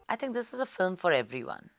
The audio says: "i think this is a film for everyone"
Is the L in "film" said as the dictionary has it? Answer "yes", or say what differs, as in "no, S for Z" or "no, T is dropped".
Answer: yes